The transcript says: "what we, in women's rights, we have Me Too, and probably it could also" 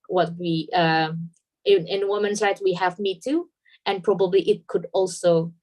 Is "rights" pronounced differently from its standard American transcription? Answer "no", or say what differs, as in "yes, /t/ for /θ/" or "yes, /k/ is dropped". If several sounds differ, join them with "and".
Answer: yes, /s/ is dropped